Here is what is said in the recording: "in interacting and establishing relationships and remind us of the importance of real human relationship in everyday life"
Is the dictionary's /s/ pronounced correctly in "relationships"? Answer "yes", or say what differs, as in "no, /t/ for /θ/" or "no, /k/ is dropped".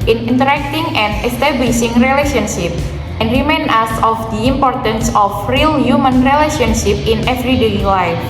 no, /s/ is dropped